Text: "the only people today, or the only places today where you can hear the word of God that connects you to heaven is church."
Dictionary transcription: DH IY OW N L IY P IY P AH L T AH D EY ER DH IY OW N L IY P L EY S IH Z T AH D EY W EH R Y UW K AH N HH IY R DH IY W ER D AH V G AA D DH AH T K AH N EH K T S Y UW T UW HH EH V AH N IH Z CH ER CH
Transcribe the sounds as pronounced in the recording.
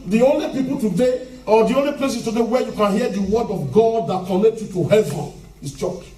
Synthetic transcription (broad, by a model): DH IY OW N L IY P IY P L T AH D EY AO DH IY OW N L IY P L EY S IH S T AH D EY W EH Y UW K AH N HH IY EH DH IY W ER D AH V G AA D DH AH T K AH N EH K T Y UW T UW HH EH V AH N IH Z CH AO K